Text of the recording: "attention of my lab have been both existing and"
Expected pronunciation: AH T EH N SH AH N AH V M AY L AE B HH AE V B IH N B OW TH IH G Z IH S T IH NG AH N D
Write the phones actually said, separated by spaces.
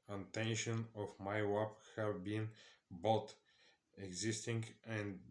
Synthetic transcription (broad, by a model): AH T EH N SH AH N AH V M AY W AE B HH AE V B IH N B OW T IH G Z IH S T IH NG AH N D